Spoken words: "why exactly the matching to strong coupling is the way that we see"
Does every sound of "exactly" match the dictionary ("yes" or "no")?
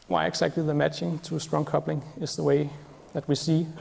no